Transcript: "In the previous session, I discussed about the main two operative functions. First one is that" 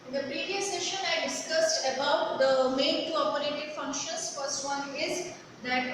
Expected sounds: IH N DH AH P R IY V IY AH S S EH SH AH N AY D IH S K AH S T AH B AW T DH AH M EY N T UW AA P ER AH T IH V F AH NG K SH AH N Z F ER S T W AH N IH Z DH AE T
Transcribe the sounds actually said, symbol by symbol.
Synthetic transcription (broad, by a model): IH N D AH P R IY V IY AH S S EH SH AH N AY D IH S K AH S T AH B AW T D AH M EY N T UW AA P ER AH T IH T F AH NG K SH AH N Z F ER S T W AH N IH Z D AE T